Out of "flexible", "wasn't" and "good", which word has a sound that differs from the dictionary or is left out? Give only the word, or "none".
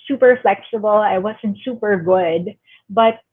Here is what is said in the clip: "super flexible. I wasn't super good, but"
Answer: none